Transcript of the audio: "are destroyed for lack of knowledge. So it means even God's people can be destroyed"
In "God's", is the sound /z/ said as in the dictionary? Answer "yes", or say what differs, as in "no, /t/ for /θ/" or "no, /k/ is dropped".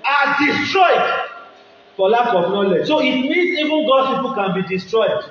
no, /z/ is dropped